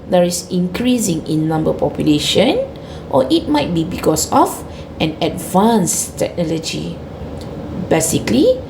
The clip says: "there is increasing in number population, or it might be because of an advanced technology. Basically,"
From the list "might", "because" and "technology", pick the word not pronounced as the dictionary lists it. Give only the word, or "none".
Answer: because